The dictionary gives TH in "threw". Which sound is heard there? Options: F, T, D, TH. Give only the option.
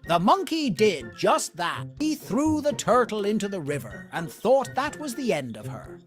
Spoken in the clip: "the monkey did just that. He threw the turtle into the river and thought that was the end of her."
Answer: TH